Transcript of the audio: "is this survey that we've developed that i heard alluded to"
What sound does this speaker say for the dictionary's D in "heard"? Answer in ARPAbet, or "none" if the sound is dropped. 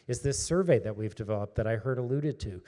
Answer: D